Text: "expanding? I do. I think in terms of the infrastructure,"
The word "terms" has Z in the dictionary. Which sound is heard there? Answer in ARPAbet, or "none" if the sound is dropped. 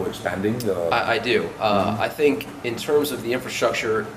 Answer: Z